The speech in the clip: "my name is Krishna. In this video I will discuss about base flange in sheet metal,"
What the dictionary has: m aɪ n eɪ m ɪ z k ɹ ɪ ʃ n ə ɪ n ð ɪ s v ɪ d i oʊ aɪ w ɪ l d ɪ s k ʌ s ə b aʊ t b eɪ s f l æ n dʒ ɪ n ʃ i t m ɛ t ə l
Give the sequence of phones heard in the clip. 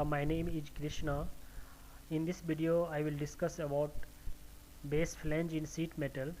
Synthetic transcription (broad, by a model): m aɪ n eɪ m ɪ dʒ k ɹ ɪ ʃ n ə ɪ n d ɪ s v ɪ d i oʊ aɪ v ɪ l d ɪ s k ʌ s ə b aʊ t b eɪ s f l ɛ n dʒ ɪ n s i t m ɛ t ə l